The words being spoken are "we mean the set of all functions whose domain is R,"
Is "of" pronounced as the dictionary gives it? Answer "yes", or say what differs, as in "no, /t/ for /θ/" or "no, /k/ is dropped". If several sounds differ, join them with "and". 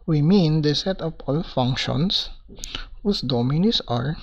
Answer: no, /p/ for /v/